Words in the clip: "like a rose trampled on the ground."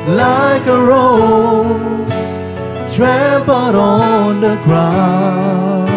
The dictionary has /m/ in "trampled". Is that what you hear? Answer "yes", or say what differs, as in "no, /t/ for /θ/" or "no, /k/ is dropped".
no, /m/ is dropped